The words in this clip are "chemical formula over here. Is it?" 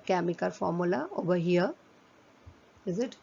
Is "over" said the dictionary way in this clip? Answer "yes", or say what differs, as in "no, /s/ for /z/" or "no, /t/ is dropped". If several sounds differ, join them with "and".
no, /b/ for /v/